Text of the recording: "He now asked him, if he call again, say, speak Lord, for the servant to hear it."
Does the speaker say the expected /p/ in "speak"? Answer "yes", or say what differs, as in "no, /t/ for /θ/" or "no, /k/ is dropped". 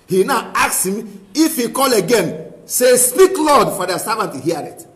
yes